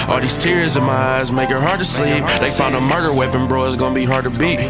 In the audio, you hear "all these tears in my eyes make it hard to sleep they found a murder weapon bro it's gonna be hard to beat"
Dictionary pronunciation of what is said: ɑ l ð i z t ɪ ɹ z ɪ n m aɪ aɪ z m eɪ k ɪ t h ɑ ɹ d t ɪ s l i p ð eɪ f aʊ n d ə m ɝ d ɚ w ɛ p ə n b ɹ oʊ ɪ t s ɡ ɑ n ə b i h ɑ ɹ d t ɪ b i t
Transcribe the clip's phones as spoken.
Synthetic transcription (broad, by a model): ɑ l ð i z t ɪ ɹ z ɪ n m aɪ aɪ z m eɪ k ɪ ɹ h ɑ ɹ d t ɪ s l i p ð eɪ f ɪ n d ə m ɝ d ɚ w ɛ p ə n b ɹ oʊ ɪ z ɡ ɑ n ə b i h ɑ ɹ d t ɪ b i t